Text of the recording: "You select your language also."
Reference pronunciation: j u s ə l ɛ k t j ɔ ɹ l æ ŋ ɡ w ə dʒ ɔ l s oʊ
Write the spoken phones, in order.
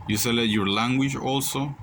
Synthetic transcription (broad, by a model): j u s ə l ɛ t j ɔ ɹ l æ ŋ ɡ w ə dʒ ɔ l s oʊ